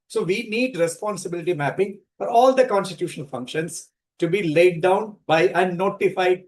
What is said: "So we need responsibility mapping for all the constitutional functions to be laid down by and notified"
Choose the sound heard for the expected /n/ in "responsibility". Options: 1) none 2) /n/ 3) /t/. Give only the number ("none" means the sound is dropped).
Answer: 2